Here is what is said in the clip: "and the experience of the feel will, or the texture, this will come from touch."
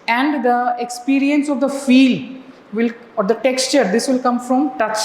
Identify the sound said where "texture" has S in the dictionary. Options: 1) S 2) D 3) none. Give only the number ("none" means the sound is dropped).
1